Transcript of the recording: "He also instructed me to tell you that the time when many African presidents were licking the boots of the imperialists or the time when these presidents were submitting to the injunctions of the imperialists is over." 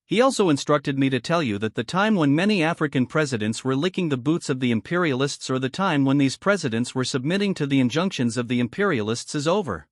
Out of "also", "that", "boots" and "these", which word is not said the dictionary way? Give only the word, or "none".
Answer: none